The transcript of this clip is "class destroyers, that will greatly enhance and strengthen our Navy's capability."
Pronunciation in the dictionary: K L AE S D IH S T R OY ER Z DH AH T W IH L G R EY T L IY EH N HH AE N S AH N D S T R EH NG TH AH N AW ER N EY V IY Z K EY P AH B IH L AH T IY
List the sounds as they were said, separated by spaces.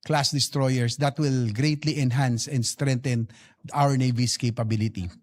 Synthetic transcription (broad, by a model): K L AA S D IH S T R OY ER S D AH T W IH L G R EY T L IY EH N HH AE N S AH N D S T R EH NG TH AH N AW ER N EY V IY S K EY P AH B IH L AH T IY